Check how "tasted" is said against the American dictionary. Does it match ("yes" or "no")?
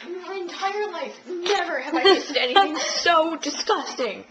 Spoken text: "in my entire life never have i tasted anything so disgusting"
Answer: no